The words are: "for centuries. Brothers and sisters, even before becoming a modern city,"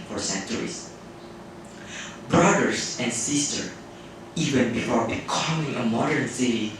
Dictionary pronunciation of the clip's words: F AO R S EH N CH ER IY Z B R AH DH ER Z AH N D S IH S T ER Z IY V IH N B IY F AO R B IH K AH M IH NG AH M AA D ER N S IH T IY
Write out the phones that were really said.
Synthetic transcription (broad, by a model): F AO R S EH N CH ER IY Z B R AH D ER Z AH N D S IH S T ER IY V IH N B IY F AO R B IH K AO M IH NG AH M AA D ER N S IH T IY